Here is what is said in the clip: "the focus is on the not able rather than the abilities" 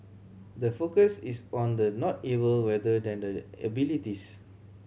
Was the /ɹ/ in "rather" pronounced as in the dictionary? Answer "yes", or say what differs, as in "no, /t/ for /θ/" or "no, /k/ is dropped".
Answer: no, /w/ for /ɹ/